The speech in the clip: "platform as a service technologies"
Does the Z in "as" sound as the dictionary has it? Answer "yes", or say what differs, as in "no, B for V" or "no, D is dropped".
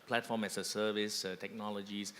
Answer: no, S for Z